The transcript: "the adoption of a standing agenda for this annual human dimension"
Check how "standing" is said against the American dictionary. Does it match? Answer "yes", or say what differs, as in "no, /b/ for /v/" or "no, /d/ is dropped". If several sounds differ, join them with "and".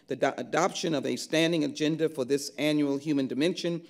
yes